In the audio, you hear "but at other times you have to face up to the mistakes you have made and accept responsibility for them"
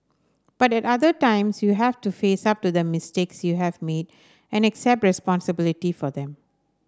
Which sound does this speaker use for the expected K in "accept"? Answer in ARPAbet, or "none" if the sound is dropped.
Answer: K